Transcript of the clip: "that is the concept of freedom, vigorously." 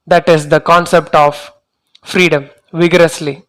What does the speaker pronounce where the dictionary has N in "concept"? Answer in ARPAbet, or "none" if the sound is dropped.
N